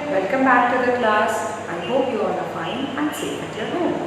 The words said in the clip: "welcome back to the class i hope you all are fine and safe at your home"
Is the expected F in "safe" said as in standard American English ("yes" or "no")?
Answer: no